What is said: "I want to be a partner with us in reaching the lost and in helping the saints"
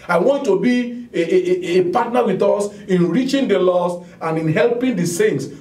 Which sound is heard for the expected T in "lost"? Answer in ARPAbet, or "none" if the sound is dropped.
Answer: none